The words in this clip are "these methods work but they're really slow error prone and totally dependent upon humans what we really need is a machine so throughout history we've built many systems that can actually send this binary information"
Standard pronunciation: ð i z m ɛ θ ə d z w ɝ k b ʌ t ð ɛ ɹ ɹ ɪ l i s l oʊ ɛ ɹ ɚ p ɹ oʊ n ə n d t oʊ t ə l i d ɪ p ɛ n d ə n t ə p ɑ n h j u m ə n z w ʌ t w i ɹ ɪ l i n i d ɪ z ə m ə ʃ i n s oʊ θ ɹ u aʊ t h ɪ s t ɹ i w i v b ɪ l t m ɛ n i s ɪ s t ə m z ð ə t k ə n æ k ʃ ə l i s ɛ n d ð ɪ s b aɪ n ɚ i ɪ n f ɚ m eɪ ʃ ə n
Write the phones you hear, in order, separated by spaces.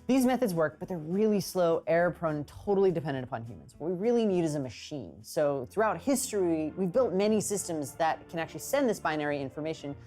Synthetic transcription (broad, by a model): ð i z m ɛ θ ə d z w ɝ k b ʌ t ð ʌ ɹ ɹ ɪ l i s l oʊ ɛ ɹ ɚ p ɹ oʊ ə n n t oʊ t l i d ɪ p ɛ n d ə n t ə p ɑ n h j u m ə n z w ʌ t w i ɹ ɪ l i n i d ɪ z ə m ə ʃ i n s oʊ θ ɹ u aʊ t h ɪ s t ɹ i w i v b ɪ l t m ɛ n i s ɪ s t ə m z ð ə t k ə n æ k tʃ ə l i s ɛ n ð ɪ s b aɪ n ɚ i ɪ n f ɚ m eɪ ʃ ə n